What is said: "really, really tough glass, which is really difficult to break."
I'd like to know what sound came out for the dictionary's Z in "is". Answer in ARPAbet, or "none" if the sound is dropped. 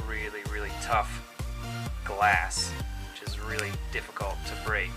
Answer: Z